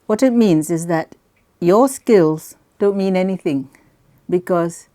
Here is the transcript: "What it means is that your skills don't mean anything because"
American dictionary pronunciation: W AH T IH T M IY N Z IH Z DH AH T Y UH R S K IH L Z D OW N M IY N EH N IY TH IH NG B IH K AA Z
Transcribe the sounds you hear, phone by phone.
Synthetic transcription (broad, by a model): W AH T IH T M IY N Z IH Z DH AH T Y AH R S K IH L Z D OW N M IY N EH N IY TH IH NG B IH K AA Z